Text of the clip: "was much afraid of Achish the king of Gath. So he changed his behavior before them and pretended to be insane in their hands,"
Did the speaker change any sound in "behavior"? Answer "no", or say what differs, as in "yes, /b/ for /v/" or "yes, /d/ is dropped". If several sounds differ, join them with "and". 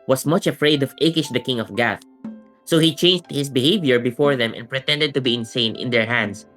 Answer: no